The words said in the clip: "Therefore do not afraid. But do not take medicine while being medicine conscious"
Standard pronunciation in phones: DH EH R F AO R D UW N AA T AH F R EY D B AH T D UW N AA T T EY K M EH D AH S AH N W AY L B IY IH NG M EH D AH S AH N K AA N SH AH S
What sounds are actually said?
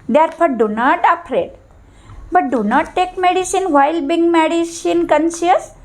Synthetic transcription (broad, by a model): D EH R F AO R D UW N AA T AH P R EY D B AH T D UW N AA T T EY K M EH D AH S AH N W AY L B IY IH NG M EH D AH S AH N K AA N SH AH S